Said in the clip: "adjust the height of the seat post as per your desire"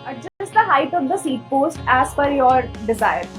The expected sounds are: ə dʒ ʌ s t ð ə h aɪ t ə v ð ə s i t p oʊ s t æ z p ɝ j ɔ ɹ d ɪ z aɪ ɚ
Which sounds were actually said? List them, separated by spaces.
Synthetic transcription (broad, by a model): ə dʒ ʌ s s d ə h aɪ t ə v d ə s i t p oʊ s t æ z f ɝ j ɔ ɹ d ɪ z aɪ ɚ